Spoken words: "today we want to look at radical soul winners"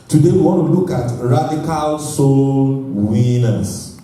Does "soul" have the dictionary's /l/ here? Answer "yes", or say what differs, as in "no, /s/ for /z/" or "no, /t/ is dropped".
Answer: yes